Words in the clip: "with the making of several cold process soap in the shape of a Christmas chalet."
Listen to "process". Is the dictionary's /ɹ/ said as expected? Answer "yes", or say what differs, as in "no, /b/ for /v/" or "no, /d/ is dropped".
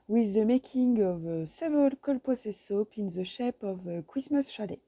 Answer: no, /ɹ/ is dropped